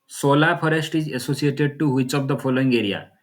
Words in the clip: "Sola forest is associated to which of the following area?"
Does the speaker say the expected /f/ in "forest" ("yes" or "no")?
no